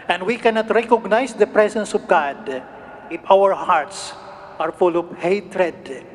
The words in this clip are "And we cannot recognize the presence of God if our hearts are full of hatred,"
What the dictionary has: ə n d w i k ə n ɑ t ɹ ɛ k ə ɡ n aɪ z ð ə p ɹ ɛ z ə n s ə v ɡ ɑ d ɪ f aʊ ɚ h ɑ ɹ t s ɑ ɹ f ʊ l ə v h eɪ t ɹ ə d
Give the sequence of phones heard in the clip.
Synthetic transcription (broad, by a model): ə n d w i k ə n ɑ t ɹ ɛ k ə ɡ n aɪ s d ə p ɹ ɛ s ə n s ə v ɡ ɑ d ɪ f aʊ ɚ h ɑ ɹ t s ɑ ɹ f ʊ l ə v h eɪ t ɹ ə d